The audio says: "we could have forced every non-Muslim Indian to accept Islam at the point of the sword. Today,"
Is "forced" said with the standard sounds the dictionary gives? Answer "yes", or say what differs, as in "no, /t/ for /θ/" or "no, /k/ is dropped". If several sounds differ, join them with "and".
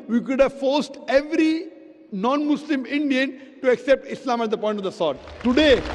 yes